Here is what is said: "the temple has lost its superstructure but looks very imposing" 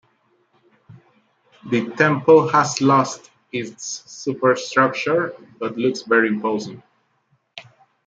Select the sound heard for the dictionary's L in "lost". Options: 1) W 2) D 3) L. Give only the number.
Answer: 3